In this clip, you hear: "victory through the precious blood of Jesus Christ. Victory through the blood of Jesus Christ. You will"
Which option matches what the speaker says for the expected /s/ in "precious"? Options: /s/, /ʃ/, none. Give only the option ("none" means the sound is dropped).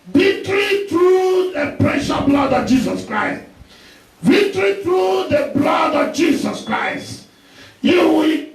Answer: none